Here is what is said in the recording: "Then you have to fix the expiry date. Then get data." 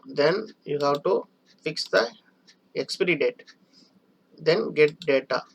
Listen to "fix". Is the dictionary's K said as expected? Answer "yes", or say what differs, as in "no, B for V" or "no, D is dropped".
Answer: yes